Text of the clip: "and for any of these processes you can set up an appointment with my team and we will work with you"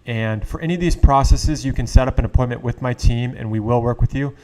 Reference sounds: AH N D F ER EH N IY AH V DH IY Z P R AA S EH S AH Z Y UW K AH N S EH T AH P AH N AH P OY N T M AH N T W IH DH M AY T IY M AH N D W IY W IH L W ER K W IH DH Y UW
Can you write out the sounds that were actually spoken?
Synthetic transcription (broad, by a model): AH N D F ER EH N IY AH V DH IY Z P R AA S EH S AH Z Y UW K AH N S EH T AH P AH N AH P OY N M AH N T W IH DH M AY T IY M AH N W IY W IH L W ER K W IH DH Y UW